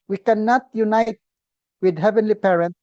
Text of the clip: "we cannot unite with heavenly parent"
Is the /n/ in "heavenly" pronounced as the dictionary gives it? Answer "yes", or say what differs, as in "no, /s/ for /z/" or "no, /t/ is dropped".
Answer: yes